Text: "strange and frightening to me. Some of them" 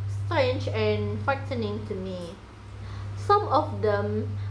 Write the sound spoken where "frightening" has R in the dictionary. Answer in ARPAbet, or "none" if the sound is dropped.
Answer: none